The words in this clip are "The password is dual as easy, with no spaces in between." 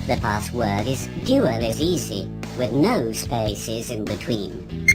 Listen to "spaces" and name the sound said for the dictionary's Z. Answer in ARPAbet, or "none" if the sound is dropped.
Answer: Z